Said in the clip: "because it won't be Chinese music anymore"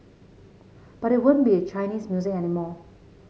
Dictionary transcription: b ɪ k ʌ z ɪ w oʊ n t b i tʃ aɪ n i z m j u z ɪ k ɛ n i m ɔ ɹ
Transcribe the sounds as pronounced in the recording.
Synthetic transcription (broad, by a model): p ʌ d ɪ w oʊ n b i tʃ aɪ n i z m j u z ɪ ɛ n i m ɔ